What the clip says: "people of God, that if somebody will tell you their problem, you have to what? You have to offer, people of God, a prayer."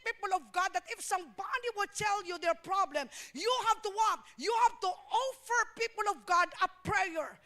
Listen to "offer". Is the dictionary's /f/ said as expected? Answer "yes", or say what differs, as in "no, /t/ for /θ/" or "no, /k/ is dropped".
yes